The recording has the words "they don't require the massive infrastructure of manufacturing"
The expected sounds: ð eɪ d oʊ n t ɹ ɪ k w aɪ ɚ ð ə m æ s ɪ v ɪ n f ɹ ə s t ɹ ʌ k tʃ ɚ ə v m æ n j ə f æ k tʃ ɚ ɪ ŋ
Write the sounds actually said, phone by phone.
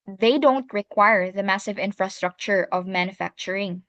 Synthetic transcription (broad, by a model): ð eɪ d oʊ n t ɹ ɪ k w aɪ ɚ ð ə m æ s ɪ v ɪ n f ɹ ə s t ɹ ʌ k tʃ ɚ ə v m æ n j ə f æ k tʃ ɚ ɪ ŋ